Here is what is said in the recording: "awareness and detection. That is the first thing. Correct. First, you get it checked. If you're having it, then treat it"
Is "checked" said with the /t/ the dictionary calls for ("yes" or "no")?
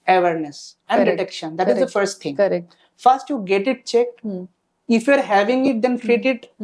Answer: no